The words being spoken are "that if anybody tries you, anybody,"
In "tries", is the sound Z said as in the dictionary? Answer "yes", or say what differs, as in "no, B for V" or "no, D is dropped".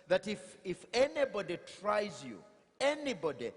yes